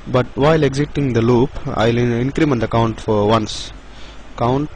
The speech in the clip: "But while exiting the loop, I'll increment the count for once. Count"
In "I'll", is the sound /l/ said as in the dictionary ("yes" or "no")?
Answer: yes